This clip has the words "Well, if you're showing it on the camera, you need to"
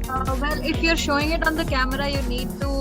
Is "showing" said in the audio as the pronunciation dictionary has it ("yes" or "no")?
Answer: yes